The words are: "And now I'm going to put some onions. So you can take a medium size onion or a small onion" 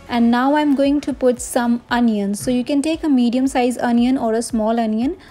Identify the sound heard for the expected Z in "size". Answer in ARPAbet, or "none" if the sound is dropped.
Z